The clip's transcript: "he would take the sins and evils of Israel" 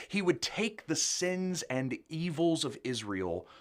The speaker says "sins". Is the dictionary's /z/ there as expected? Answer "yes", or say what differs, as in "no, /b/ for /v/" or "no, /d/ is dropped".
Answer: yes